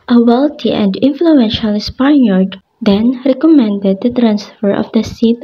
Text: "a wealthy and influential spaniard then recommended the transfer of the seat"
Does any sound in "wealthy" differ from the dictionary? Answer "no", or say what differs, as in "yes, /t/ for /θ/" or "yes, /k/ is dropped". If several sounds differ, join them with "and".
yes, /t/ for /θ/